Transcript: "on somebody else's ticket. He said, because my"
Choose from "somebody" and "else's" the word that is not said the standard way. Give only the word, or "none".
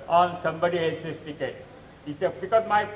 else's